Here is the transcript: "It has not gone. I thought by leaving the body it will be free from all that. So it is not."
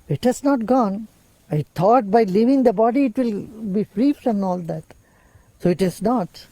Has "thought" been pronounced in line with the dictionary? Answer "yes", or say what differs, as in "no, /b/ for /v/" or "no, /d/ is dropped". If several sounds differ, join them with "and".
no, /t/ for /θ/